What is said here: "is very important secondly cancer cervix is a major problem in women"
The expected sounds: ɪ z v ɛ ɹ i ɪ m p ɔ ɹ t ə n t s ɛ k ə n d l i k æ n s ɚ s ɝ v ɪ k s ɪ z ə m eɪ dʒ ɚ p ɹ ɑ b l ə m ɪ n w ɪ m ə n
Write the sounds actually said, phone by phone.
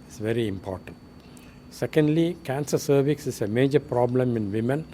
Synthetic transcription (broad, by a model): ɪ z v ɛ ɹ i ɪ m p ɔ ɹ t ə n t s ɛ k ə n d l i k æ n s ɚ s ɝ v ɪ k s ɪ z ə m eɪ dʒ ɚ p ɹ ɑ b l ə m ɪ n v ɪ m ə n